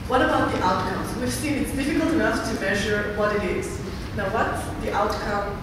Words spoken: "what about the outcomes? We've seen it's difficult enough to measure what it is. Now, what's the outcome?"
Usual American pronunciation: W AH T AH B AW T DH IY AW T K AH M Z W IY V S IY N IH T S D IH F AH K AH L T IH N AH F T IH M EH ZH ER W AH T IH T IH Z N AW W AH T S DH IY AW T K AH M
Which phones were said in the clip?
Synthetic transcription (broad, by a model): W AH T AH B AW T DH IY AW T K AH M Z W IY V S IY N IH T S D IH F AH K AH L T IH N AH F T IH M EH ZH ER W AH T IH T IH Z N AW W AH T S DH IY AW T K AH M